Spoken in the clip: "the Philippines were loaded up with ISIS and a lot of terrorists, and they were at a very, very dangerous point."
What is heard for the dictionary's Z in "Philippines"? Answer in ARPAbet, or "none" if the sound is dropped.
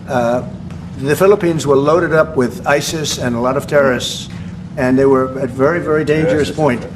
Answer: Z